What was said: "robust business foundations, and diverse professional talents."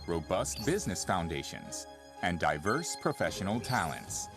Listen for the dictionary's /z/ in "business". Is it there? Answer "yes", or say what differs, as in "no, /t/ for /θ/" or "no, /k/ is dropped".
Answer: yes